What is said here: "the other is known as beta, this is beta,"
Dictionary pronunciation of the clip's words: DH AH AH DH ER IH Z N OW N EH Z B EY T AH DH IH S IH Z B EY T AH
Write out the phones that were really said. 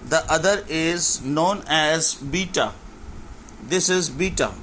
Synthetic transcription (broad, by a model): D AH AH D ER IH Z N OW N EH Z B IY T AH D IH S IH Z B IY T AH